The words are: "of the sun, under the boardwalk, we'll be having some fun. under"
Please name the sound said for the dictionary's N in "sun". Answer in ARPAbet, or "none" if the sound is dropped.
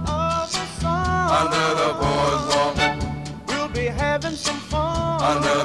none